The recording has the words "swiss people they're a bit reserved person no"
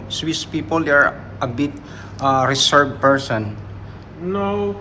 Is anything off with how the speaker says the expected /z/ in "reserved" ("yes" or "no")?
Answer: yes